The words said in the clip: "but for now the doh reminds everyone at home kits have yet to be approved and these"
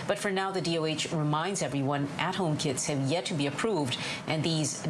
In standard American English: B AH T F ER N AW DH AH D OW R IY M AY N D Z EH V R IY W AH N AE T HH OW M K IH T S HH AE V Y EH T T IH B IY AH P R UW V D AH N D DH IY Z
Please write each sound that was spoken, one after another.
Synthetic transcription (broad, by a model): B AH T F ER N AW DH AH D OW R IY M AY N D Z EH V R IY W AH N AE T HH OW M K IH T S HH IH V Y EH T T IH B IY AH P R UW V D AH N DH IY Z